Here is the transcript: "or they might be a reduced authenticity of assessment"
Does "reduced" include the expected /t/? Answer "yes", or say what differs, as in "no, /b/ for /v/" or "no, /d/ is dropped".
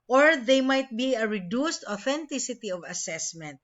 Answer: yes